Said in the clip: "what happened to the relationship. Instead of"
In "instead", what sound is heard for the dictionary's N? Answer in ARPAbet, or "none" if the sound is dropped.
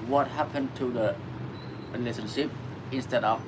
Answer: N